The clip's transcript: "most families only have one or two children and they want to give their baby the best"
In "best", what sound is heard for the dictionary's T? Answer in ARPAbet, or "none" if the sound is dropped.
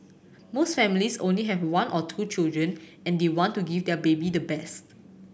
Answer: T